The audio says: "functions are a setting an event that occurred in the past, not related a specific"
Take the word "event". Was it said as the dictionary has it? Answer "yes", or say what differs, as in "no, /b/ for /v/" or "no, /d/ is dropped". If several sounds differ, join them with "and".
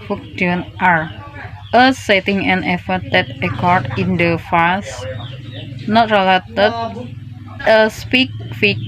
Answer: no, /f/ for /v/ and /n/ is dropped